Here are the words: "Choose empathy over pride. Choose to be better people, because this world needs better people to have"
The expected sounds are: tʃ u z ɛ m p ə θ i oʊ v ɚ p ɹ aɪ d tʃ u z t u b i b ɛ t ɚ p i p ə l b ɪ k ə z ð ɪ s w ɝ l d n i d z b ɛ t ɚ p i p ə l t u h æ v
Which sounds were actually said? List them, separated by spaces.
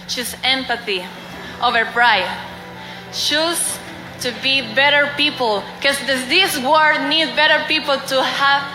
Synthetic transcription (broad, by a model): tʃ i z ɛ m p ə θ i oʊ v ɚ p ɹ aɪ d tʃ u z t u b i b ɛ t ɚ p i p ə l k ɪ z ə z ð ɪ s w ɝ d n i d b ɛ t ɚ p i p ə l t u h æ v